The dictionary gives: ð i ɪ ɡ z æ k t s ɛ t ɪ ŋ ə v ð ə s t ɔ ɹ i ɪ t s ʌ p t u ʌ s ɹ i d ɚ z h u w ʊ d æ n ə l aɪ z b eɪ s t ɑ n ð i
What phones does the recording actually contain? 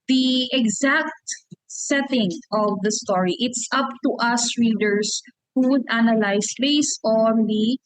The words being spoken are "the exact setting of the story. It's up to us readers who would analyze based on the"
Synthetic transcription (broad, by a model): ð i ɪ ɡ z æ k t s ɛ t ɪ ŋ ə v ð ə s t ɔ ɹ i ɪ t s ʌ p t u ʌ s ɹ i d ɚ s h u w ʊ d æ n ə l aɪ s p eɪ s ɑ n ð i